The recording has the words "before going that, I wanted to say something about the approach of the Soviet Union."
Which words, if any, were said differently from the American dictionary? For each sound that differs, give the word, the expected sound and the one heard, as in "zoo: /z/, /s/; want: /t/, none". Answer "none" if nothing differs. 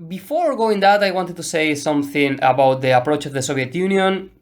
none